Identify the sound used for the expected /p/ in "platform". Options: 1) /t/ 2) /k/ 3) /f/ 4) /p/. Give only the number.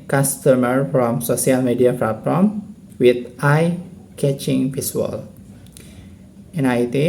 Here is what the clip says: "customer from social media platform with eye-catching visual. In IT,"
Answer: 3